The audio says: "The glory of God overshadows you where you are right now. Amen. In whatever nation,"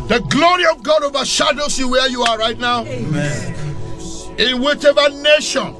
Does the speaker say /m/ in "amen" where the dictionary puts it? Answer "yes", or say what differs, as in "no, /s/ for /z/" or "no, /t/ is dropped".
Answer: no, /m/ is dropped